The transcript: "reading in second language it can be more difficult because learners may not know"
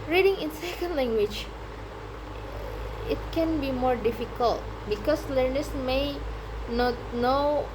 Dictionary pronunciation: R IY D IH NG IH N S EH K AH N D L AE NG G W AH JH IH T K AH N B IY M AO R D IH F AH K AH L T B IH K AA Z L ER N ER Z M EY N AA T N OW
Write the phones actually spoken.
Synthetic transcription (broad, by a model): R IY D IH NG IH N S EH K AH N D L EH NG G W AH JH IH T K AH N B IY M AO R D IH F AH K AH L T B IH K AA S L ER N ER S M EY N AA T N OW